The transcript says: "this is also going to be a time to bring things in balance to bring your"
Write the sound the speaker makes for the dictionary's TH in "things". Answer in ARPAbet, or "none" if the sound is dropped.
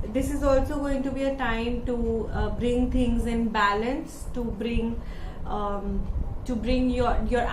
T